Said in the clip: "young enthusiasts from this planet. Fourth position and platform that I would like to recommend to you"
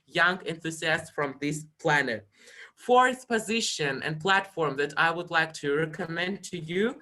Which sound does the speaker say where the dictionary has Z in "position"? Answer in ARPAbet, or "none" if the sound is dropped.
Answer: Z